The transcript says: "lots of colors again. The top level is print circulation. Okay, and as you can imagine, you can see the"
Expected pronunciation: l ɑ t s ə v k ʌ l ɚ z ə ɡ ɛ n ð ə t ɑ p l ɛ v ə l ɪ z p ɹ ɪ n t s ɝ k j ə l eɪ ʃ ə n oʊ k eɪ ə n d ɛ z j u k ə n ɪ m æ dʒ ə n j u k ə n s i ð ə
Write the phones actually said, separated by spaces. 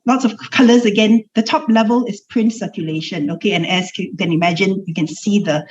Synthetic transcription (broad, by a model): l ɑ t s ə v k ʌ l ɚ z ə ɡ ɛ n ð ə t ɑ p l ɛ v ə l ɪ s p ɹ ɪ n t s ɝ k j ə l eɪ ʃ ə n oʊ k eɪ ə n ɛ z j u k ə n ɪ m æ dʒ ə n j u k ə n s i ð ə